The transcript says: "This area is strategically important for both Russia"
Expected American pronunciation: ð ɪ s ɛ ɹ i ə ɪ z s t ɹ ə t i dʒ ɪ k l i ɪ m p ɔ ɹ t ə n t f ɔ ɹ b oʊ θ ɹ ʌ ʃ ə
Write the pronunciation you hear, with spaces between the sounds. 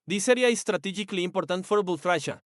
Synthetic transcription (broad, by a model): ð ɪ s ɛ ɹ i ə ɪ s t ɹ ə t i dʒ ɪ k l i m p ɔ ɹ t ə n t f ɔ ɹ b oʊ t ɹ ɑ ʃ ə